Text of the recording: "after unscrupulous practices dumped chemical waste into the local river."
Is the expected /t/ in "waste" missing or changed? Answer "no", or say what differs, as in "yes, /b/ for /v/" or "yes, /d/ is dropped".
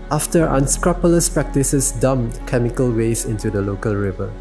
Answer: yes, /t/ is dropped